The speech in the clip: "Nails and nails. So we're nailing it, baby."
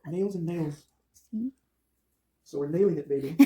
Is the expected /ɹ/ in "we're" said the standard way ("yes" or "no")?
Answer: yes